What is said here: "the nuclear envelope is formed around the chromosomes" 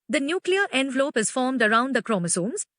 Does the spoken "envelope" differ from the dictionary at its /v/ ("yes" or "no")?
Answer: no